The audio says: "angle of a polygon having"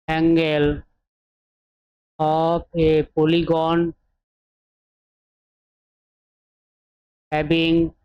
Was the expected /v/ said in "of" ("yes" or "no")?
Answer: no